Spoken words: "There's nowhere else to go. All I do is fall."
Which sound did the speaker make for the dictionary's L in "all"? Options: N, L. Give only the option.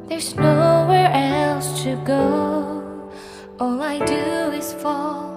L